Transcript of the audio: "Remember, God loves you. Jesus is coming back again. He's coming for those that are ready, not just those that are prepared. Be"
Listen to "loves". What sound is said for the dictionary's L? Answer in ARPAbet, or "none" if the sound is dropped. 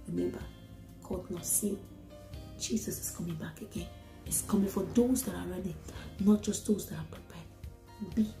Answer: N